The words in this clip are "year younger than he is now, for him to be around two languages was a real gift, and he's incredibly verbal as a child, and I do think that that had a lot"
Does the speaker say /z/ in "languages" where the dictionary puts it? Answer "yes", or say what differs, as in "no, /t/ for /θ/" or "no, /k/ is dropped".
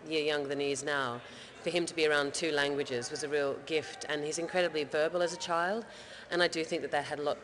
yes